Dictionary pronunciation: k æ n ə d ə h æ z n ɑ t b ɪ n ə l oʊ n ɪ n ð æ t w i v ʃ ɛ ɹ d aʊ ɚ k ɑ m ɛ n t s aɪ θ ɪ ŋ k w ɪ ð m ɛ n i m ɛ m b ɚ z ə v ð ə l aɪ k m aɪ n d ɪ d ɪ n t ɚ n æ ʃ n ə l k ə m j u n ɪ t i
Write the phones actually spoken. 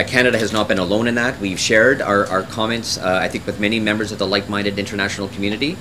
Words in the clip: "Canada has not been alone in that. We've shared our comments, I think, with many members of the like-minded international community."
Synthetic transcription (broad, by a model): k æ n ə d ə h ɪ z n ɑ t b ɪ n ə l oʊ n ɪ n ð æ t w i v ʃ ɛ ɹ d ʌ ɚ k ɑ m ɛ n t s aɪ θ ɪ ŋ k w ɪ ð m ɛ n i m ɛ m b ɚ z ə v ð ə l aɪ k m aɪ n d ɪ d ɪ n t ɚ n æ ʃ n l k m j u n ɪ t i